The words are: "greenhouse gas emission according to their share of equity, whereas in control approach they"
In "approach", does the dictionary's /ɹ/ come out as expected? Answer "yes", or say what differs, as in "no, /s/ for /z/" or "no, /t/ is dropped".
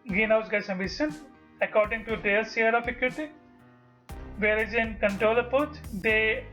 no, /ɹ/ is dropped